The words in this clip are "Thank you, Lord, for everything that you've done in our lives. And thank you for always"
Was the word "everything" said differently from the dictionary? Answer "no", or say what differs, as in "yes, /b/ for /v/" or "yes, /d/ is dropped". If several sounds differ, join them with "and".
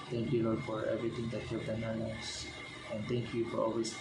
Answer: yes, /t/ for /θ/